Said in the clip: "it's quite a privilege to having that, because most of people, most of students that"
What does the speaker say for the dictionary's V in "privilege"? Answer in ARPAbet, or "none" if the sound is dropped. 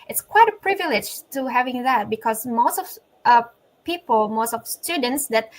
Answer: V